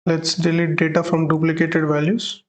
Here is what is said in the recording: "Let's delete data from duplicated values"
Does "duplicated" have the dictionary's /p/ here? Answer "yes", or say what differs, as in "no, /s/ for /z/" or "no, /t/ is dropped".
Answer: yes